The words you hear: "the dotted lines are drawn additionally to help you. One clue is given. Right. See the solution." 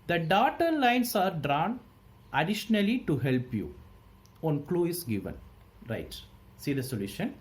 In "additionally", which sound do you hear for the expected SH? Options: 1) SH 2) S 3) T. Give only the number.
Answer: 1